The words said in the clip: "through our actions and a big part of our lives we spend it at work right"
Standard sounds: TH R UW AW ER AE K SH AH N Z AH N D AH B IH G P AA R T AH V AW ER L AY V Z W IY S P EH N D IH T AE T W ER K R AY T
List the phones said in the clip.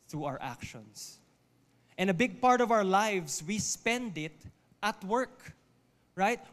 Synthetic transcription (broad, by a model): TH R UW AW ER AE K SH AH N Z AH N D AH B IH G P AA R T AH V AW ER L AY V S W IY S P EH N D IH T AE T W ER K R AY T